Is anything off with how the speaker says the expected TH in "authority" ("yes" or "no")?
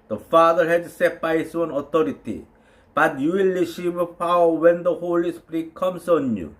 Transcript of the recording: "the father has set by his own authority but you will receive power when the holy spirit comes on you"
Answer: yes